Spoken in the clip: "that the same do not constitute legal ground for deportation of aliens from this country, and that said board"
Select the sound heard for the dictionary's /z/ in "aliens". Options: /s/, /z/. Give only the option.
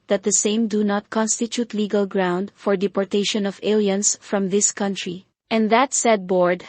/s/